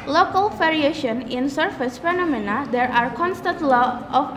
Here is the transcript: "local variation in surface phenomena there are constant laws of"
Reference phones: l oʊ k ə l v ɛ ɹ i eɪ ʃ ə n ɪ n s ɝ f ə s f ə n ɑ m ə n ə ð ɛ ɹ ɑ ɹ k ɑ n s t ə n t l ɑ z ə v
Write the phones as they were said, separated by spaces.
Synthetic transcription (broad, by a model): l oʊ k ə l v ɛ ɹ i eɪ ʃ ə n ɪ n s ɝ f ə s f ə n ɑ m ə n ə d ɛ ɹ ɑ ɹ k ɑ n s t ə n t l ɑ ə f